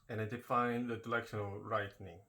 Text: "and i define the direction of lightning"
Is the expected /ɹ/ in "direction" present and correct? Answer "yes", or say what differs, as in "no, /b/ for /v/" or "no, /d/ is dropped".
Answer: no, /l/ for /ɹ/